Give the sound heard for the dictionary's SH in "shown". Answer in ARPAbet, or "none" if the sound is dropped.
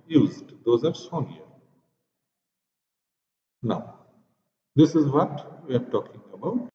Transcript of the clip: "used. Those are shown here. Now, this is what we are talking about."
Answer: S